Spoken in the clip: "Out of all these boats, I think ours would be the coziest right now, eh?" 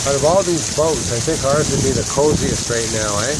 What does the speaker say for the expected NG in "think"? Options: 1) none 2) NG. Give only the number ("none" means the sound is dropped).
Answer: 2